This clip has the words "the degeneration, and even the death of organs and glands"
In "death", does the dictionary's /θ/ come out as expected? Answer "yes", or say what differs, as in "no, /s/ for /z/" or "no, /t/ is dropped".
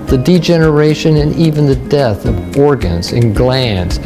yes